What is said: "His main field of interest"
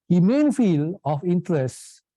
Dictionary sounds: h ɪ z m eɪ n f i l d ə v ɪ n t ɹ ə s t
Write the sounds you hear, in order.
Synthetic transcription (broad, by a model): h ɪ m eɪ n f i l ə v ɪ n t ɹ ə s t